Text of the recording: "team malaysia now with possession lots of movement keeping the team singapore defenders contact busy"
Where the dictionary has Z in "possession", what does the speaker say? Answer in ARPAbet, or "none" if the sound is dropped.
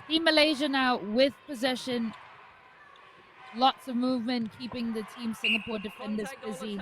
Z